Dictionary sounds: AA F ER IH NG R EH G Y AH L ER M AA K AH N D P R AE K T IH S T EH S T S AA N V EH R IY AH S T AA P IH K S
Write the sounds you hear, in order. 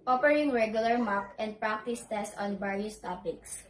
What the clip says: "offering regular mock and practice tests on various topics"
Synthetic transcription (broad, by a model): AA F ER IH NG R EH G Y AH L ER M AA K AH N D P R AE K T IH S T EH S T AA N B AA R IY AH S T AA P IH K S